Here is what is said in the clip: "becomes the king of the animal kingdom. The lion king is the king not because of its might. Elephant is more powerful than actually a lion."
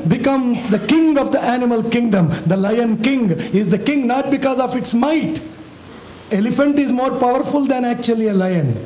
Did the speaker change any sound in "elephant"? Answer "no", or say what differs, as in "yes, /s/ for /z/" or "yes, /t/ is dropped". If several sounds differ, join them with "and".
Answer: no